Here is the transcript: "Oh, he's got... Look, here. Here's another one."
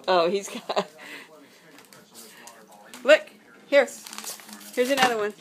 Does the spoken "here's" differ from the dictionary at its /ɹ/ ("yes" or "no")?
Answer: no